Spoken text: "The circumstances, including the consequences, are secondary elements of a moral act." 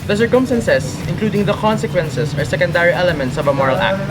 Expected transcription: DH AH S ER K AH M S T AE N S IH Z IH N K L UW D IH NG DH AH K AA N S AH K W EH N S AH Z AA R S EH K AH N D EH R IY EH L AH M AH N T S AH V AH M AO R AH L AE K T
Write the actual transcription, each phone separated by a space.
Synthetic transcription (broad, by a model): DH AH S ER K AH M S T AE N S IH S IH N K L UW D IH NG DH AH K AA N S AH K W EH N S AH S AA R S EH K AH N D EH R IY EH L AH M AH N T S AH V AH M AO R AH L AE K T